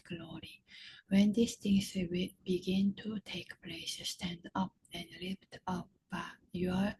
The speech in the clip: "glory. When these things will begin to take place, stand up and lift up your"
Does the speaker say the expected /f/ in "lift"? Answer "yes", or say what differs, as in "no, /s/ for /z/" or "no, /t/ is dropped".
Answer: no, /p/ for /f/